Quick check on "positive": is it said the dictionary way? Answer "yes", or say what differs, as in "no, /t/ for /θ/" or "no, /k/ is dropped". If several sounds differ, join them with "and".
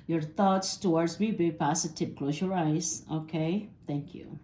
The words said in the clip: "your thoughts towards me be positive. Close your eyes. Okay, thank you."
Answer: no, /s/ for /z/ and /p/ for /v/